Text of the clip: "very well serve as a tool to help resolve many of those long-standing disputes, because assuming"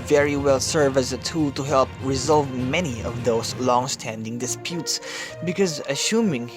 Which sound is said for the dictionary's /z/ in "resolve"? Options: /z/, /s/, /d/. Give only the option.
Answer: /z/